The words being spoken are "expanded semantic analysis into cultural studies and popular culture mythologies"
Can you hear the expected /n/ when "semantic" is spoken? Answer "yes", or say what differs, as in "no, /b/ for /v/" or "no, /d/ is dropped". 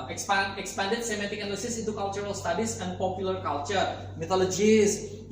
no, /n/ is dropped